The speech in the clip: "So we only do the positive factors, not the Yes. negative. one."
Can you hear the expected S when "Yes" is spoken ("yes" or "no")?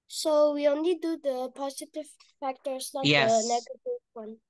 no